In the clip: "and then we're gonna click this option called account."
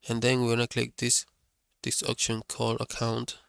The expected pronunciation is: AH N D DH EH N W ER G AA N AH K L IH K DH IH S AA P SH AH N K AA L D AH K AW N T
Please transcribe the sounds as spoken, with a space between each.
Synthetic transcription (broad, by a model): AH N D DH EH N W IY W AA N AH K L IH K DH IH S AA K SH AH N K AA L AH K AW N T